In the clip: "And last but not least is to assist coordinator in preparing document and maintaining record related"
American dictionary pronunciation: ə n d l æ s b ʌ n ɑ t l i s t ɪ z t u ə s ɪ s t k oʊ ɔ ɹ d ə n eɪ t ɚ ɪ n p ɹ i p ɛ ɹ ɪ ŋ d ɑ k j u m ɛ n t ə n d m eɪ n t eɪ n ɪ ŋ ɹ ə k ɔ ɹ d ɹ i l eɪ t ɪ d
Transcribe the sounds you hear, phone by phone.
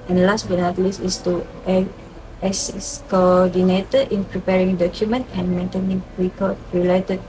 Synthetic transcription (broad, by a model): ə n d l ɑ s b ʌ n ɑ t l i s ɪ s t u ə ɛ s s k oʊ ɔ d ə n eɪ t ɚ ɪ n p ɹ i p ɛ ɹ ɪ ŋ d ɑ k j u m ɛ n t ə n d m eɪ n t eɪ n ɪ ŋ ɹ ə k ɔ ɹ ɹ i l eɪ t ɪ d